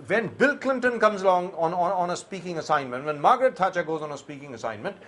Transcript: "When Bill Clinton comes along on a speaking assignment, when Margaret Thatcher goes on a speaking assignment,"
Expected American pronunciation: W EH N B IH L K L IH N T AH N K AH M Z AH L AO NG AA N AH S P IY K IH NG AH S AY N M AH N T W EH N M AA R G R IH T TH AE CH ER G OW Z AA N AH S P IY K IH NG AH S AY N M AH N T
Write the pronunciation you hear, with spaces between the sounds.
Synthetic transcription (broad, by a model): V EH N B IH L K L IH N T AH N K AH M Z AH L AO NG AA N AH S P IY K IH NG AH S AY N M AH N T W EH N M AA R G R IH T T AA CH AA G OW Z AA N AH S P IY K IH NG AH S AY N M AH N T